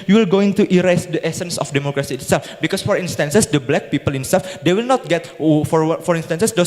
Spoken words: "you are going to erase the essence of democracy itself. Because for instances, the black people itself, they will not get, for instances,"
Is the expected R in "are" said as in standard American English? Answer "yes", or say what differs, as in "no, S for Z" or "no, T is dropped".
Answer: no, L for R